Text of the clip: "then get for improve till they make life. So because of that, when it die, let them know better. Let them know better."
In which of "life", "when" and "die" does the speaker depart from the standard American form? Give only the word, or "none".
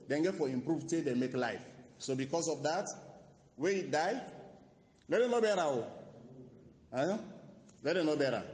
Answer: when